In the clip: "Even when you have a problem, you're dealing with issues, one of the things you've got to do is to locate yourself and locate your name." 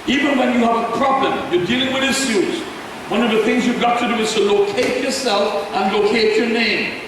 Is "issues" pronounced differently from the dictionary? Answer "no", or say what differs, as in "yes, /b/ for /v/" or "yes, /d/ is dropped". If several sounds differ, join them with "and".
yes, /s/ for /ʃ/